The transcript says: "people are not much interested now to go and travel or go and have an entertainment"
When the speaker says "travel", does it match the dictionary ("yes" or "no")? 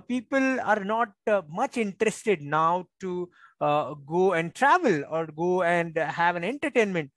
yes